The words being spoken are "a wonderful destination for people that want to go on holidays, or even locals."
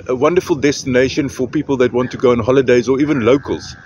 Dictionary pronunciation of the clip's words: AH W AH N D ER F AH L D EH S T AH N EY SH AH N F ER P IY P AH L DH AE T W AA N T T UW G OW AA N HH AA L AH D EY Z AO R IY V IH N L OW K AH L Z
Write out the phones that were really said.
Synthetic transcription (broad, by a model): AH W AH N D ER F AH L D EH S T AH N EY SH AH N F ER P IY P AH L DH AE T W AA N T T UW G OW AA N HH AA L AH D EY Z AO R IY V IH N L OW K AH L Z